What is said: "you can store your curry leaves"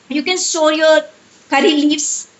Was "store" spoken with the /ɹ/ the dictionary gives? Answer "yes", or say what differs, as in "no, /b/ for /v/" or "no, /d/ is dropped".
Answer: no, /l/ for /ɹ/